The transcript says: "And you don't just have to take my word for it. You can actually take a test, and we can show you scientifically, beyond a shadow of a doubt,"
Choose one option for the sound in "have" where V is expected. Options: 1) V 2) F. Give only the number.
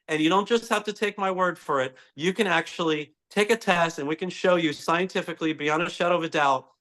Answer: 2